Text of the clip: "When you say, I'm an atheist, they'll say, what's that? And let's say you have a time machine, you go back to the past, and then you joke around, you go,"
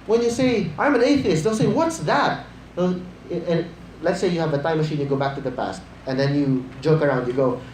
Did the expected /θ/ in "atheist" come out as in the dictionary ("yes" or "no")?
yes